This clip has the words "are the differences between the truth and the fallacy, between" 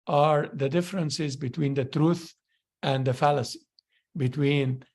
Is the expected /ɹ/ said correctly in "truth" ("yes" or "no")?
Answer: yes